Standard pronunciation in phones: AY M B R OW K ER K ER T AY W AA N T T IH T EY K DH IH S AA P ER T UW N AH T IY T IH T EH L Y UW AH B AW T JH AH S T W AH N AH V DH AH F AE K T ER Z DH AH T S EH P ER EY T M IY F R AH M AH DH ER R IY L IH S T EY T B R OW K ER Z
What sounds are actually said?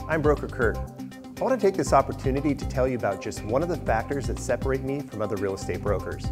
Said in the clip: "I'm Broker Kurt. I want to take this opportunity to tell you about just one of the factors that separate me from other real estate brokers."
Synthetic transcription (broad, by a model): AY M B R OW K ER K ER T AY W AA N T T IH T EY K DH IH S AA P ER T UW N AH T IY T IH T EH L Y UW AH B AW T JH AH S T W AH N AH V DH AH F AE K T ER Z DH AH T S EH P ER EY T M IY F R AH M AH DH ER R IY L IH S T EY T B R OW K ER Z